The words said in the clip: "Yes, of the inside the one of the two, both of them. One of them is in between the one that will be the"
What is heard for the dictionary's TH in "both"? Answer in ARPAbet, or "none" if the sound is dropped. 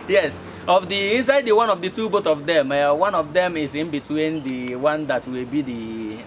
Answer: T